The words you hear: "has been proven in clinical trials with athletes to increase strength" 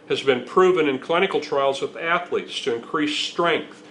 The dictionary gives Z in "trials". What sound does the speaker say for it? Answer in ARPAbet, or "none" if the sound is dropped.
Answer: Z